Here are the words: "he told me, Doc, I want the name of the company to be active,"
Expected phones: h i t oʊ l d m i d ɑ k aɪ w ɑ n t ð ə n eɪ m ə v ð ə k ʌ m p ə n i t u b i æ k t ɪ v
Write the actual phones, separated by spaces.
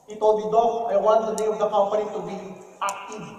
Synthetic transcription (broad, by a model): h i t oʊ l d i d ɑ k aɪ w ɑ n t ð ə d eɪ ə v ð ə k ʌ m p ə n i t u b i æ k t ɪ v